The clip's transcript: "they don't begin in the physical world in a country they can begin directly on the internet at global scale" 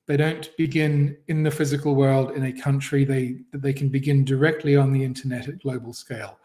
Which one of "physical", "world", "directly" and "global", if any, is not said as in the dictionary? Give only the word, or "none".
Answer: none